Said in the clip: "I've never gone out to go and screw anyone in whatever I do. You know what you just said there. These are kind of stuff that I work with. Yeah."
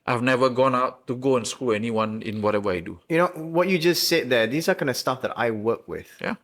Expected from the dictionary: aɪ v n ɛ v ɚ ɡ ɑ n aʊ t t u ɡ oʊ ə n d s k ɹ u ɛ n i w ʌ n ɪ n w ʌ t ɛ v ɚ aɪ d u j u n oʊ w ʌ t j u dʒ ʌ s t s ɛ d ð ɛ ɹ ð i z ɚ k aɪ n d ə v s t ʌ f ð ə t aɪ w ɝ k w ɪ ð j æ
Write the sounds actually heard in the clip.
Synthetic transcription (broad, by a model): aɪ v n ɛ v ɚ ɡ ɑ n aʊ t t u ɡ oʊ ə n s k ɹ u ɛ n i w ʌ n ɪ n w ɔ t ɛ v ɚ aɪ d u j u n oʊ w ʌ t j u dʒ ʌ s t s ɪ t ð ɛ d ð i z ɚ k aɪ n ə s t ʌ f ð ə t aɪ w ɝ k w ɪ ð j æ